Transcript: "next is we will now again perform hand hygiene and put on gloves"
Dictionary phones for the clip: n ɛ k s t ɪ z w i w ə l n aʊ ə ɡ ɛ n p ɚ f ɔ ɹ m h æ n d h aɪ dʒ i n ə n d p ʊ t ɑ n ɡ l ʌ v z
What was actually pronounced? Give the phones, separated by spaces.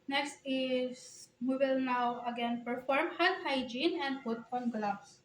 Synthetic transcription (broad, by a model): n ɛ k s t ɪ s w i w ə l n aʊ ə ɡ ɛ n p ɚ f ɔ ɹ m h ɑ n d h aɪ dʒ i n ə n d f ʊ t ɑ n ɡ l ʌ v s